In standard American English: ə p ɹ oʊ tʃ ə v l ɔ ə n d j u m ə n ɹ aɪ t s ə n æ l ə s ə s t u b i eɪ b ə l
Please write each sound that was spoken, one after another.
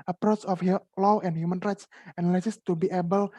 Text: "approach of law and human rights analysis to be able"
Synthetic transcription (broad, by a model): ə p ɹ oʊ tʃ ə f l ɔ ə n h j u m ə n ɹ aɪ t s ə n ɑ l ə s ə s t u b i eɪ b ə l